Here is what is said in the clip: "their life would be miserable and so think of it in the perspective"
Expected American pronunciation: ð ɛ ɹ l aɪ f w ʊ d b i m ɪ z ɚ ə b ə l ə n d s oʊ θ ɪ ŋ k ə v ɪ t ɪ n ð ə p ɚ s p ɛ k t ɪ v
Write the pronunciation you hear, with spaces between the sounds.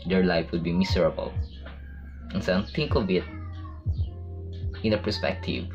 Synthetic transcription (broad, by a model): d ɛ ɹ l aɪ f w ʊ d b i m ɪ s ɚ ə b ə l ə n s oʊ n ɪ ŋ k ə v ɪ t ɪ n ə p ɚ s p ɛ k t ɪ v